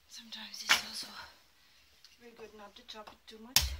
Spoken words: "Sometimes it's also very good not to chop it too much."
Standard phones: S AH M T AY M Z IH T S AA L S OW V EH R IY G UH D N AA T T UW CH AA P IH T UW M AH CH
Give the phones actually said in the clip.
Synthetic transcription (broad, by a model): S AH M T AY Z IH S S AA S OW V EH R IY G UH D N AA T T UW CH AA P IH T UW M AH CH